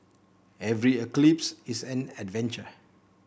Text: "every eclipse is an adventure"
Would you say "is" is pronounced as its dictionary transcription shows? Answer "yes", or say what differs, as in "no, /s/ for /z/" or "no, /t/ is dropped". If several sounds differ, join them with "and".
no, /s/ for /z/